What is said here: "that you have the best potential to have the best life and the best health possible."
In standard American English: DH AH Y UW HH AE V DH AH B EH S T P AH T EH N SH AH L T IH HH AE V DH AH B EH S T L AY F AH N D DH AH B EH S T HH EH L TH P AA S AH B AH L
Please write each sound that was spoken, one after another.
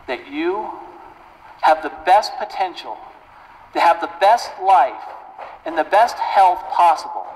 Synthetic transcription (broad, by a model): DH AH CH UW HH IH V DH AH B EH S T P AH T EH N SH L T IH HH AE V DH AH B EH S T L AY F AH N DH AH B EH S T HH EH L TH P AA S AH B L